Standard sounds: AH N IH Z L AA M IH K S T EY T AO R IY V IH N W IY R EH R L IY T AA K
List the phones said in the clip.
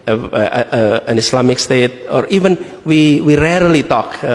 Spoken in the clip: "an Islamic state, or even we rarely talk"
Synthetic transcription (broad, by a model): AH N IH S L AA M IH K S T EY T AO R IY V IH N W IY R EH R L IY T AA K